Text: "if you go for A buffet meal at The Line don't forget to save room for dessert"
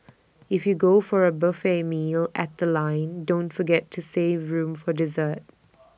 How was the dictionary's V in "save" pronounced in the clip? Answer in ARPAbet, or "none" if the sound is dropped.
V